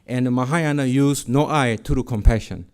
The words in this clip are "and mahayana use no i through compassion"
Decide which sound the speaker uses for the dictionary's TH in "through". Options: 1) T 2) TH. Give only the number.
1